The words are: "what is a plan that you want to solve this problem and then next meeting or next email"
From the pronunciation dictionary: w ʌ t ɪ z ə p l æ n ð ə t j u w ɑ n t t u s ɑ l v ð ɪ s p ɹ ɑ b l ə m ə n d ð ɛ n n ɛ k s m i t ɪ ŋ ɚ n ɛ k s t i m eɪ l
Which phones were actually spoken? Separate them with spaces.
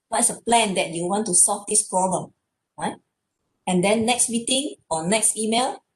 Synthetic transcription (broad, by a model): w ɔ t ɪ s ə p l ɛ n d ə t j u w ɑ n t t u s ɑ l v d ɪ s p ɹ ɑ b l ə m ə n d ɛ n n ɛ k s m i t ɪ ŋ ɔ n ɛ k s t i m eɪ l